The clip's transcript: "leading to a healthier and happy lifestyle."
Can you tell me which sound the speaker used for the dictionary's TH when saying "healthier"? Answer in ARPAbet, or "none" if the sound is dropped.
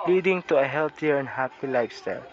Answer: T